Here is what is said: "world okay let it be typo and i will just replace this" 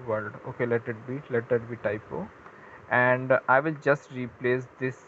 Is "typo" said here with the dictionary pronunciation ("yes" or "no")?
yes